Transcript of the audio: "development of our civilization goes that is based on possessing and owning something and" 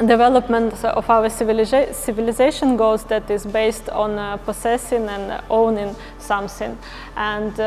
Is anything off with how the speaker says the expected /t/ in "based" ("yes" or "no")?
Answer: no